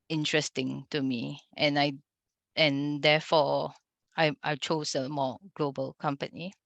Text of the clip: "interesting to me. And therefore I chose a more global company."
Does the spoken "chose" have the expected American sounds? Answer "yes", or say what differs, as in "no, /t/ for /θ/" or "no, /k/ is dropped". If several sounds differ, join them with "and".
no, /s/ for /z/